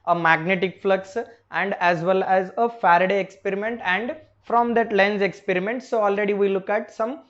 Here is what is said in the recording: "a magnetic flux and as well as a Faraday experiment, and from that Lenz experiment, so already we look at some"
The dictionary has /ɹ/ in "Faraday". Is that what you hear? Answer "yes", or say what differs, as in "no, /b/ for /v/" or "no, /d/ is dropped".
yes